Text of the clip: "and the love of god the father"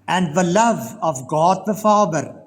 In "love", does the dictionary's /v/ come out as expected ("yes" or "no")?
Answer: yes